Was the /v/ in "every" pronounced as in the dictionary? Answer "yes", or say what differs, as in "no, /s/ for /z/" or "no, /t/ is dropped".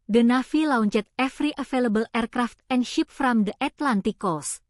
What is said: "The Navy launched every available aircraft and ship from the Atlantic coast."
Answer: no, /f/ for /v/